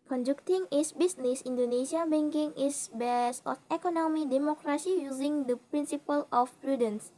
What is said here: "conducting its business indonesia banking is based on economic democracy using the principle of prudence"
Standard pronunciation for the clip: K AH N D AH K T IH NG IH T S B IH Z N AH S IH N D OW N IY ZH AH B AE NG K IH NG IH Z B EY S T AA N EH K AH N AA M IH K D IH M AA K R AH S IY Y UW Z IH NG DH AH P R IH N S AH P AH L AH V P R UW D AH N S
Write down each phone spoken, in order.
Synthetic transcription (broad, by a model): K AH N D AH K T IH NG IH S B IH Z N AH S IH N D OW N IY SH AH B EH NG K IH NG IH S B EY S AA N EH K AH N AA M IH D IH M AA K R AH S IY Y UW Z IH NG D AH P R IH N S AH P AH L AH F P R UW D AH N S